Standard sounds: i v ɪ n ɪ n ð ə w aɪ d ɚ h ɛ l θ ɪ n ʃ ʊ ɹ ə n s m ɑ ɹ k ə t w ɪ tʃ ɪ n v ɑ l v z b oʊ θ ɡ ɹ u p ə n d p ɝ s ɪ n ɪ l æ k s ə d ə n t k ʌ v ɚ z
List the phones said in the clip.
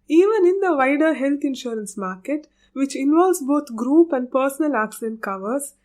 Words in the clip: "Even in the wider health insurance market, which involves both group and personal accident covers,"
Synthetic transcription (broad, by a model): i v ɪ n ɪ n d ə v aɪ d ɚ h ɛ l t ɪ n ʃ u ɹ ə n s m ɑ ɹ k ə t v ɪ tʃ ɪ n v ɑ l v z b oʊ t ɡ ɹ u p ə n d p ɝ s ɪ n ɪ l æ k s ə d ə n t k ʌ v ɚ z